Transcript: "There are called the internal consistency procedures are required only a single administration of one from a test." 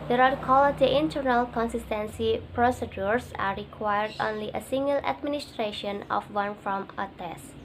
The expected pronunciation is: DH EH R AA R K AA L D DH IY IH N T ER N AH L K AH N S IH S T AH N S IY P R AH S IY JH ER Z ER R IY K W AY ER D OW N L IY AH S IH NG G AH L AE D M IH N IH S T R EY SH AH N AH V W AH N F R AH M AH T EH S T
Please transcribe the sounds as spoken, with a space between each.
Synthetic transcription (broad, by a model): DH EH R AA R K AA L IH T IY IH N T ER N AH L K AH N S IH S T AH N S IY P R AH S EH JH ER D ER R IY K W AY ER D OW N L IY AH S IH NG G AH L AE D M IH N IH S T R EY SH AH N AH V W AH N F R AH M AH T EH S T